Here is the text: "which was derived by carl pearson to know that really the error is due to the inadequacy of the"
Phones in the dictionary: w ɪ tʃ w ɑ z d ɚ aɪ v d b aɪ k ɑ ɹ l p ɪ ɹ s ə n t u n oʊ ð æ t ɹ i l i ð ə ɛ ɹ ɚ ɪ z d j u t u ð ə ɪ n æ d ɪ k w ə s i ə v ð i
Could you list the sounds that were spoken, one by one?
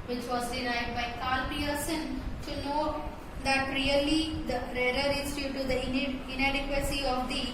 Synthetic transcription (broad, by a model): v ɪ tʃ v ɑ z d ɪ aɪ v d b aɪ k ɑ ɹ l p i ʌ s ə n t u n oʊ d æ t ɹ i l i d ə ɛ l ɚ ɪ z d j u t u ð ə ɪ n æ d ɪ k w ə s i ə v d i